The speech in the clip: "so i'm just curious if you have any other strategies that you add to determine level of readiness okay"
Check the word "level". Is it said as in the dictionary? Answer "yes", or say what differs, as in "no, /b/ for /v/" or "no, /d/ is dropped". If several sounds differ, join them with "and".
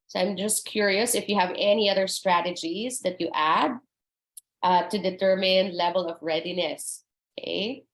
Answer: yes